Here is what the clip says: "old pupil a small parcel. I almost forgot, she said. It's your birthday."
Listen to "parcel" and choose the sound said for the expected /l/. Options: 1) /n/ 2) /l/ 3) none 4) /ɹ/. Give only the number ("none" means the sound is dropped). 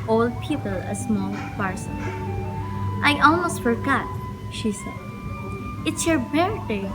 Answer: 1